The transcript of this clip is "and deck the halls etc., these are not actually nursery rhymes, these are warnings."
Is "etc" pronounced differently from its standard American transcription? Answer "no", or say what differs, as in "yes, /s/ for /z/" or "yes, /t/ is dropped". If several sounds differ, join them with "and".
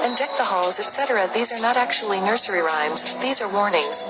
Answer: no